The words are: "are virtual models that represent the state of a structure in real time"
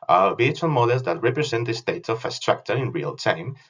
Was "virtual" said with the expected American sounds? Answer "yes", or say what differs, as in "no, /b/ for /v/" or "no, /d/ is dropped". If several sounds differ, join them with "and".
no, /tʃ/ is dropped